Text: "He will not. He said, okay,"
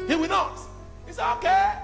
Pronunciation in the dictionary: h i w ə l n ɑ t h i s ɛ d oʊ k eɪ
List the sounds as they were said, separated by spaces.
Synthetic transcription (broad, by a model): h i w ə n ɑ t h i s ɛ oʊ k eɪ